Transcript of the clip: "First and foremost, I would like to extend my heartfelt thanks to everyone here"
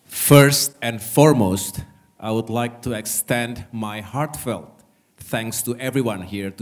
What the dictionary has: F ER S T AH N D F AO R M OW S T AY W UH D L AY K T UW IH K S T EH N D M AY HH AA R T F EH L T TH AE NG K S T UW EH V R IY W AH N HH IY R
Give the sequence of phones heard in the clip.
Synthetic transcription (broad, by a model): F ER S T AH N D F AO R M OW S T AY W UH D L AY K T UW IH K S T EH N D M AY HH AA R T F EH L T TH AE NG K S T UW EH V R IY W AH N HH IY R